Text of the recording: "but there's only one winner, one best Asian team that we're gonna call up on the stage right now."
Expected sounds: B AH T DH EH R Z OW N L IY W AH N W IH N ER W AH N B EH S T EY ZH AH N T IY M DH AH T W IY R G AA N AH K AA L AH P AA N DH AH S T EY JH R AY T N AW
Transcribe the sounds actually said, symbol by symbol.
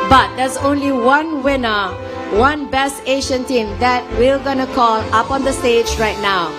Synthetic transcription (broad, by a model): B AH T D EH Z OW N L IY W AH N W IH N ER W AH N B EH S T EY SH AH N T IY M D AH T W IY L G AA N AH K AA L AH P AA N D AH S T EY JH R AY T N AW